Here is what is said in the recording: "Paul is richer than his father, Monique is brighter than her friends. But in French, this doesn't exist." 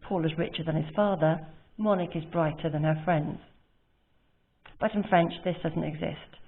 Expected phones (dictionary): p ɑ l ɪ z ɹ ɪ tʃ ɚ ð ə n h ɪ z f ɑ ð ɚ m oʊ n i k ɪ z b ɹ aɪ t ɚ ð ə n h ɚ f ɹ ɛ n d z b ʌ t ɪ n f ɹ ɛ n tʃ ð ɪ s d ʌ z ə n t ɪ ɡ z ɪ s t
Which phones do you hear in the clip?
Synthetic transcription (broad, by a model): p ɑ l ɪ z ɹ ɪ tʃ ɚ ð ə n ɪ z f ɑ ð ɚ m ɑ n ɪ k ɪ z b ɹ aɪ t ɚ ð ə n ɚ f ɹ ɛ n d z b ʌ t ɪ n f ɹ ɛ n tʃ ð ɪ s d ʌ z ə n t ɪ ɡ z ɪ s t